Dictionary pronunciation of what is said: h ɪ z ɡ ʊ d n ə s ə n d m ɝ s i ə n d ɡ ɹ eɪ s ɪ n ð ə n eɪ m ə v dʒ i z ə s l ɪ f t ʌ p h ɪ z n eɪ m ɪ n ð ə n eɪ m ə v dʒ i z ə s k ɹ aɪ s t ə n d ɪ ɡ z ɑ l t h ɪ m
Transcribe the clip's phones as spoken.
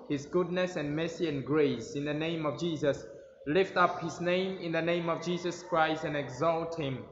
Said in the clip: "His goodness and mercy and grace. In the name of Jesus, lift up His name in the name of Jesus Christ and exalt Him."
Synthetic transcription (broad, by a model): h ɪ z ɡ ʊ d n ə s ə n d m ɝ s i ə n ɡ ɹ eɪ s ɪ n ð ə n eɪ m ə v dʒ i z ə s l ɪ f t ʌ p h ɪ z n eɪ m ɪ n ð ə n eɪ m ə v dʒ i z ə s k ɹ aɪ s t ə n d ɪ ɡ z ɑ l t h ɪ m